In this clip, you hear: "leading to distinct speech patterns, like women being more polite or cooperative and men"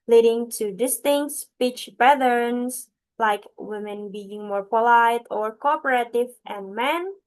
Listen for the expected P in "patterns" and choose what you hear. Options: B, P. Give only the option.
B